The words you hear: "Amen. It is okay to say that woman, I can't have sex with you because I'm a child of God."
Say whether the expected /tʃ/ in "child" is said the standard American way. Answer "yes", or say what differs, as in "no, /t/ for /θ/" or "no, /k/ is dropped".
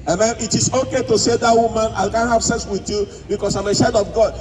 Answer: no, /ʃ/ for /tʃ/